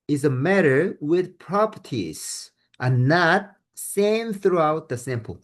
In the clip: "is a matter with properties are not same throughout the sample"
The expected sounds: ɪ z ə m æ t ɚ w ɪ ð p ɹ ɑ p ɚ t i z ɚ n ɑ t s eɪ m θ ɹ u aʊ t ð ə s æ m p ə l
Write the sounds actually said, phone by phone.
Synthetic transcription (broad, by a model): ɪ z ə m æ t ɚ w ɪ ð p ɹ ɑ p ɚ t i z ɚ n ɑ t s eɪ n θ ɹ u aʊ t ð ə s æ m p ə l